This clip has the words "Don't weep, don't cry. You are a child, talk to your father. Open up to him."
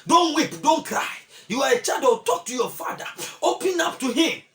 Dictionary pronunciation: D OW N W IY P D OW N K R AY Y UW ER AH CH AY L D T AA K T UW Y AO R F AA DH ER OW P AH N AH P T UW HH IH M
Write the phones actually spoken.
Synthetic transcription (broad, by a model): D OW N W IY P D OW N K R AY Y UW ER AH CH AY D T AA K T UW Y AO F AA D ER OW P AH N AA P T UW HH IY M